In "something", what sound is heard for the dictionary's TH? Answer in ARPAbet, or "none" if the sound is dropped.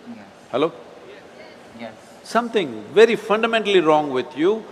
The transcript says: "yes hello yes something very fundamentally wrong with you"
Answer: T